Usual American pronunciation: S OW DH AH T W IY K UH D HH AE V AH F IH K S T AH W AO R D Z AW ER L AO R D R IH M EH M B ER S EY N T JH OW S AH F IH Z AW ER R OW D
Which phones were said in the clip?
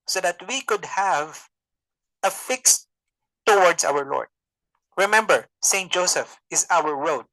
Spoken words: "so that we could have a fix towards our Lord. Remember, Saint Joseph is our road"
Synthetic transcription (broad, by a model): S OW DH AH T W IY K UH D HH AE V AH F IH K S T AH W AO R D S AW ER L AO R D R IH M EH M B ER S EY N T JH OW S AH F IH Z AW ER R OW D